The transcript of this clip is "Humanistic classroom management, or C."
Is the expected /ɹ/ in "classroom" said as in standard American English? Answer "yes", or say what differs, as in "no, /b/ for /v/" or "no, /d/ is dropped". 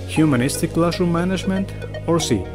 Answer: no, /ɹ/ is dropped